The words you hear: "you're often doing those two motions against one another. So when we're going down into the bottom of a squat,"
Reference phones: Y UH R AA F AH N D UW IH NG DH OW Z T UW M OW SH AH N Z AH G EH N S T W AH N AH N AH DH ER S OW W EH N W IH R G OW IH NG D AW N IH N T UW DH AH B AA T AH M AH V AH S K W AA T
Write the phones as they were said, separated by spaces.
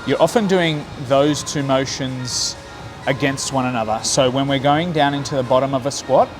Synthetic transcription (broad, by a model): Y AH R AA F AH N D UW IH NG DH OW Z T UW M OW SH AH N Z AH G EH N S T W AH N AH N AH DH ER S OW W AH N W IH R G OW IH NG D AW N IH N T UW DH AH B AA T AH M AH V AH S K W AA T